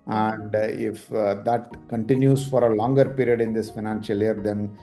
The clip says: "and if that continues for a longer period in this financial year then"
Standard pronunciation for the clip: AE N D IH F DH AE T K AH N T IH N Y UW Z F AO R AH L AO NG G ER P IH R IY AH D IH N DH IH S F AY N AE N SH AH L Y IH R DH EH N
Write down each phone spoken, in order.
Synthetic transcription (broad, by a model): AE N D IH F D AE T K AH N T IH N Y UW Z F AO R AH L AO NG G ER P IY R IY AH D IH N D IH S F AY N AE N SH AH L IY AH R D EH N